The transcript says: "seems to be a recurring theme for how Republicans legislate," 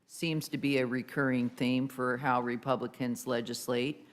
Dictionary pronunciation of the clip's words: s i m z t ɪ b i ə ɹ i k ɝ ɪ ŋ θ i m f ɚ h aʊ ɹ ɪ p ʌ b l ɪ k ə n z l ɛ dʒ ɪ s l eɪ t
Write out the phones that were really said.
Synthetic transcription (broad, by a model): s i m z t ɪ b i ə ɹ i k ɝ ɪ ŋ θ i m f ɚ h aʊ ɹ ɪ p ʌ b l ɪ k ə n z l ɛ dʒ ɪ s l eɪ t